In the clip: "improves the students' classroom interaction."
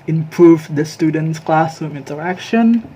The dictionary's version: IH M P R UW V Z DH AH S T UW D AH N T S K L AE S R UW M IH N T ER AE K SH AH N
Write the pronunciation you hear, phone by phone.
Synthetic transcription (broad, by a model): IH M P R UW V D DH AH S T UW D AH N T S K L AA S AO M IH N T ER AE K SH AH N